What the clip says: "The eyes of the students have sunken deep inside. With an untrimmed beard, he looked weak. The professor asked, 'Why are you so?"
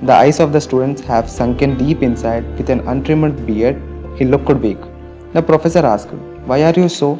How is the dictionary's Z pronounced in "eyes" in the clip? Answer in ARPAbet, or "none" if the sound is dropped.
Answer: S